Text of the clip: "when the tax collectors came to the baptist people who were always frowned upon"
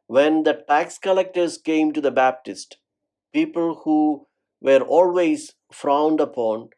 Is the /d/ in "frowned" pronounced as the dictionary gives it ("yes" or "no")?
yes